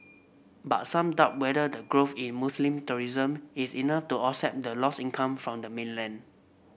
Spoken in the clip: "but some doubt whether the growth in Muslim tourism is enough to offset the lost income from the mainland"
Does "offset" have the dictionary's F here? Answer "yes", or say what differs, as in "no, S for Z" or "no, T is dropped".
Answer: no, F is dropped